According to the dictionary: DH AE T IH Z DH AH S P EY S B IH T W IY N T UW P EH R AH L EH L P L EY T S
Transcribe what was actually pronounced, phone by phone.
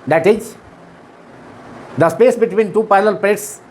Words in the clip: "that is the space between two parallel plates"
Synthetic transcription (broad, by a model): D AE T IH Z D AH S P EY S B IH T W IY N T UW P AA AH L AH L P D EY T S